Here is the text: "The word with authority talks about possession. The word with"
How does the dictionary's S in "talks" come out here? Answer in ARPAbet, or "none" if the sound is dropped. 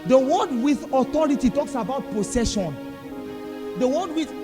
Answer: S